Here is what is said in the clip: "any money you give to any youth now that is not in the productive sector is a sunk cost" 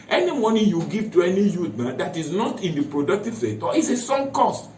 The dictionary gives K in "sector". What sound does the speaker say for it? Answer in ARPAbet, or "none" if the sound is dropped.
none